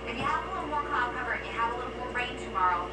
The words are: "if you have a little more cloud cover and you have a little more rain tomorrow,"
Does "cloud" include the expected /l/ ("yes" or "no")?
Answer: no